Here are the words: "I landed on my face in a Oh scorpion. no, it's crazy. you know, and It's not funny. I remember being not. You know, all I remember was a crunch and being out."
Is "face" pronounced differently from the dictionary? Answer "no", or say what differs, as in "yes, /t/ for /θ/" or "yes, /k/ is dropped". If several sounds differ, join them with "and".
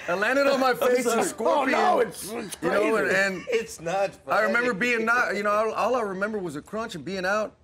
yes, /s/ is dropped